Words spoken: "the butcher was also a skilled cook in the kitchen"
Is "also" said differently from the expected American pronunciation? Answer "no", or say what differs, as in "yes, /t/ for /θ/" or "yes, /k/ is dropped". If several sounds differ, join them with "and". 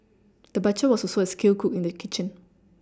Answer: yes, /l/ is dropped